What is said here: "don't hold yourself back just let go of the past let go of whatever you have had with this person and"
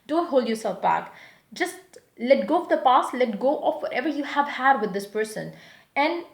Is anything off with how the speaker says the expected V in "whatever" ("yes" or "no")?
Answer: no